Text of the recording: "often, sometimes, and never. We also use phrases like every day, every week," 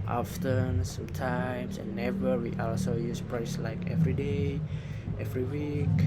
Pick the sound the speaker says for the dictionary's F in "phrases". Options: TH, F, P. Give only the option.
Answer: P